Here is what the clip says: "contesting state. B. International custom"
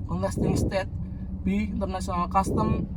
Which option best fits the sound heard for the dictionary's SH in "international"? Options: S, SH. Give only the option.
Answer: S